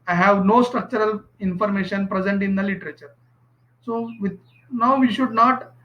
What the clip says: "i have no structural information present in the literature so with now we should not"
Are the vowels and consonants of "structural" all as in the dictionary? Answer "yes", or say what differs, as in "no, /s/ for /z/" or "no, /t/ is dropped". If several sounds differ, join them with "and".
yes